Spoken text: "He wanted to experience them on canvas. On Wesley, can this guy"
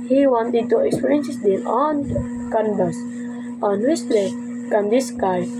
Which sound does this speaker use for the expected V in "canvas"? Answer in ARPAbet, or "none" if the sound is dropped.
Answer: B